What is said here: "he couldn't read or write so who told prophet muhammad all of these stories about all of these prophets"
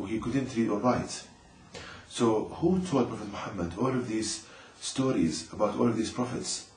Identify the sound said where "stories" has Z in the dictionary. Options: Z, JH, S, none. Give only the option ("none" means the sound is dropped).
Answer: Z